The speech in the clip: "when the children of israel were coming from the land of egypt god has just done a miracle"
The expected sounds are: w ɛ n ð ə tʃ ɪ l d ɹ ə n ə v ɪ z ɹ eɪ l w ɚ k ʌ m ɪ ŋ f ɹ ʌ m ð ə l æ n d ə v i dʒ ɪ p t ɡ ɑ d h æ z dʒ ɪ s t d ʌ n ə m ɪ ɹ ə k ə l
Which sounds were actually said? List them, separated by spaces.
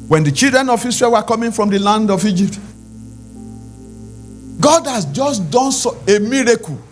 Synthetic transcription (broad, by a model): w ɛ n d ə tʃ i l d ɹ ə n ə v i s ɹ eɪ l w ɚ k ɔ m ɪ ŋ f ɹ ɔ m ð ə l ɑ n d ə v i dʒ ɪ p t ɡ ɑ d h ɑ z dʒ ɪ s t d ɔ n ə m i ɹ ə k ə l